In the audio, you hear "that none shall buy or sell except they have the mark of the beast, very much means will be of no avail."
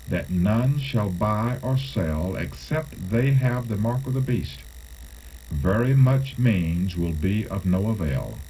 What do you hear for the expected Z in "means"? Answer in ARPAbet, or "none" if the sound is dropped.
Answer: Z